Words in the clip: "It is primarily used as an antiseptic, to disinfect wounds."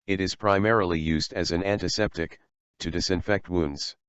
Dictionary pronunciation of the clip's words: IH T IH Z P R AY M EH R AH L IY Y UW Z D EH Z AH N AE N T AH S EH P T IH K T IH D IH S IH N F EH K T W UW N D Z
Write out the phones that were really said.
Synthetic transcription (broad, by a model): IH T IH Z P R AY M EH R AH L IY Y UW Z D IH Z AH N AE N T AH S EH P T IH K T IH D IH S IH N F EH K T W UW N D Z